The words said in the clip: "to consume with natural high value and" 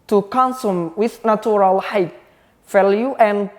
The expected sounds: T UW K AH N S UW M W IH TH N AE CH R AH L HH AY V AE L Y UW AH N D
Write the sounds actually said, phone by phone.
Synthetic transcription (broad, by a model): T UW K AH N S UW M W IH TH N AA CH R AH L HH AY F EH L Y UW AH N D